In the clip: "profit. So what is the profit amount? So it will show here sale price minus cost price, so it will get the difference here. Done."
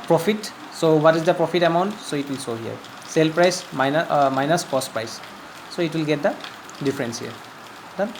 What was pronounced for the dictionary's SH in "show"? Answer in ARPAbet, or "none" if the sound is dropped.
S